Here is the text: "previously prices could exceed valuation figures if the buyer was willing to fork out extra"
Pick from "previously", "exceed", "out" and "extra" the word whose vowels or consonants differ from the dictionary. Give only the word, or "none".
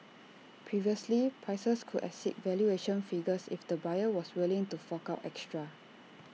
exceed